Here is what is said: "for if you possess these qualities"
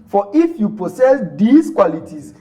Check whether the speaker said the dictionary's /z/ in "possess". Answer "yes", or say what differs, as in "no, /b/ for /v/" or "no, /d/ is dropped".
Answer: no, /s/ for /z/